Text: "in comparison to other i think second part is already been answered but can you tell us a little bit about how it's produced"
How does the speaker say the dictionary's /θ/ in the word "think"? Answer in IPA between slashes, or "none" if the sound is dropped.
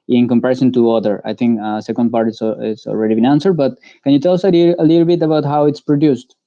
/t/